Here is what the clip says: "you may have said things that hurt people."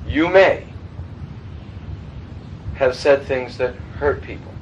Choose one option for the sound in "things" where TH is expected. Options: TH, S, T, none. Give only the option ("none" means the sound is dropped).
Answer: TH